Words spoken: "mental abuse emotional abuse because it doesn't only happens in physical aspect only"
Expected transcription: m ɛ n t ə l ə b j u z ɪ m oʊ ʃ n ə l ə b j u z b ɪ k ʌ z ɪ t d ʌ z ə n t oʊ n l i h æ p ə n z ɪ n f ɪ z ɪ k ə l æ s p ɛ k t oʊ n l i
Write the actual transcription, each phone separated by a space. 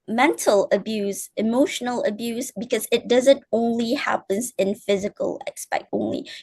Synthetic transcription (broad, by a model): m ɛ n t l ə b j u z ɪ m oʊ ʃ n l ə b j u z b ɪ k ʌ z ɪ t d ʌ z ə n t oʊ n l i h æ p ə n z ɪ n f ɪ z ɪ k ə l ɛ s p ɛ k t oʊ n l i